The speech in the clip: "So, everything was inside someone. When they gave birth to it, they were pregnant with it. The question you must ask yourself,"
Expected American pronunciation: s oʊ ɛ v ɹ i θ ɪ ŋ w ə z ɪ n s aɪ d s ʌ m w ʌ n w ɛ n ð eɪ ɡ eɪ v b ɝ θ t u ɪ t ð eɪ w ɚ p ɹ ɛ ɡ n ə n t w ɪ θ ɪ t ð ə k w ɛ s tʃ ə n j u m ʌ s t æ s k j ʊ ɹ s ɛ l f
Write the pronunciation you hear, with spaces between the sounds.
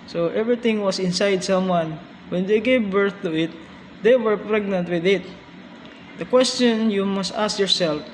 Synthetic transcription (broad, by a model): s oʊ ɛ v ɹ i t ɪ ŋ w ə s ɪ n s aɪ d s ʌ m w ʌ n w ɛ n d eɪ ɡ eɪ v b ɝ θ t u ɪ t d eɪ w ɚ p ɹ ɛ ɡ n ə n t w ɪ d ɪ t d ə k w ɛ s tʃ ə n j u m ʌ s t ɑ s k j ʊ ɹ s ɛ l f